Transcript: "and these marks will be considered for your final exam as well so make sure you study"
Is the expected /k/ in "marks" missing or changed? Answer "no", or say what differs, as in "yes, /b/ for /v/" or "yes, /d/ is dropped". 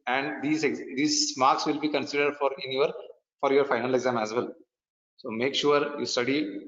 no